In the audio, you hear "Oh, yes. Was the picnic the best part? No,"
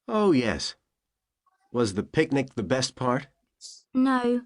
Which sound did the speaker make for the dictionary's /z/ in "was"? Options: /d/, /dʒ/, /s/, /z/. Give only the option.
/z/